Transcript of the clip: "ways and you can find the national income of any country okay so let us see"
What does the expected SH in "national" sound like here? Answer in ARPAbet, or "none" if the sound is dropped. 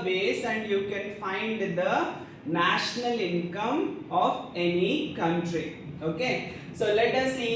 SH